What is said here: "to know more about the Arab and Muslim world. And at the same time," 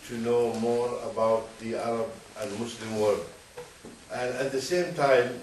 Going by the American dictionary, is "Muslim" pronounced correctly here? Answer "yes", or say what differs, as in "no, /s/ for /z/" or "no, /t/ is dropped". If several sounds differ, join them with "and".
no, /s/ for /z/